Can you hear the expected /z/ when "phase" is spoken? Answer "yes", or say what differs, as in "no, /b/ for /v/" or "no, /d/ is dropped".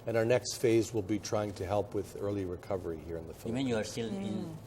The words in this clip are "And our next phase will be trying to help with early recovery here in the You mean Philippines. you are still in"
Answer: yes